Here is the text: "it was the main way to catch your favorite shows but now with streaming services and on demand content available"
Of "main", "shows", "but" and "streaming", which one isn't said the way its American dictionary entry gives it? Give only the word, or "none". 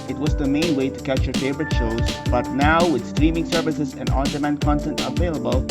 none